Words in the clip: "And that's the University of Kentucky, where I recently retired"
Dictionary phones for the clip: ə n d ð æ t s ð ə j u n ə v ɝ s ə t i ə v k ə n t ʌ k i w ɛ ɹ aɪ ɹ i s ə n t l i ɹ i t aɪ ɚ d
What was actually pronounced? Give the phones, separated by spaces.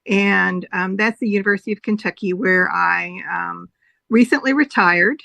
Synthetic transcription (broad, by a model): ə n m ð æ t s ð ə j u n ə v ɝ s ə t i ə v k ə n t ʌ k i w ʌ ɹ aɪ ɹ i s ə n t l i ɹ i t aɪ ɚ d